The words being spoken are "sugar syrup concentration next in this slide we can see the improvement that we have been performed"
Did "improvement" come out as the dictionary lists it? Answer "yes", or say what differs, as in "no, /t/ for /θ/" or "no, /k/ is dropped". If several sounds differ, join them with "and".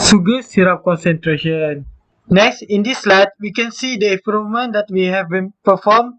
no, /v/ is dropped